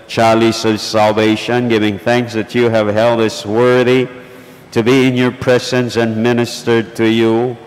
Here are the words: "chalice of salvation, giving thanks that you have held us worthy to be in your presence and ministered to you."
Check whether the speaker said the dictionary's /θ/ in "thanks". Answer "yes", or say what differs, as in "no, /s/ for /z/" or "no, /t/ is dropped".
yes